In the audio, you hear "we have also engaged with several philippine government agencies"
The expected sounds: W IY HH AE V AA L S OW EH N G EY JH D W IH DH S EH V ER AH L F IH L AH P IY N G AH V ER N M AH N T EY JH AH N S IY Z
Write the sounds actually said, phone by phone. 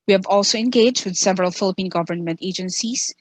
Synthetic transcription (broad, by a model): W IY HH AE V AA L S OW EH N G EY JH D W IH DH S EH V ER AH L F IH L AH P IY N G AH V ER N M AH N T EY JH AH N S IY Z